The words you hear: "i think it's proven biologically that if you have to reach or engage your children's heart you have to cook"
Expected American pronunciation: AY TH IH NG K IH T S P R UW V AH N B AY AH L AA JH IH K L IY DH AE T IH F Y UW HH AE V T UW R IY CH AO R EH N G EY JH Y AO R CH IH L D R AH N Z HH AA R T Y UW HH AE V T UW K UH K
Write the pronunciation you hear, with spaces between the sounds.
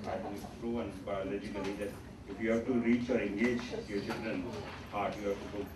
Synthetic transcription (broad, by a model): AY T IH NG IH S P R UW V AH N B AY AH L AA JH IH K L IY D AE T IH F Y UW HH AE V T UW R IY CH AO R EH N G EY JH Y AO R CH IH L D R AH N HH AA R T Y UW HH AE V T UW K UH